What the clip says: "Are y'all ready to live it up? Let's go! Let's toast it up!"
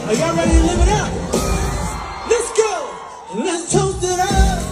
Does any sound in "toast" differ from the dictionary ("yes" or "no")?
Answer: yes